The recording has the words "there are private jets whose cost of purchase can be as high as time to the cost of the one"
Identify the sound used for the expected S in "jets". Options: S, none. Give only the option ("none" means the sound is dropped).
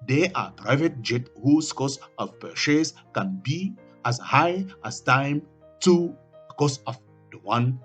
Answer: none